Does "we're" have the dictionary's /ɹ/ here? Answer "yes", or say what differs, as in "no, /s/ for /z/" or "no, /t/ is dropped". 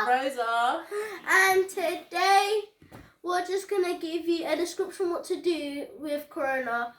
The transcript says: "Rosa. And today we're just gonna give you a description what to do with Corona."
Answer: no, /l/ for /ɹ/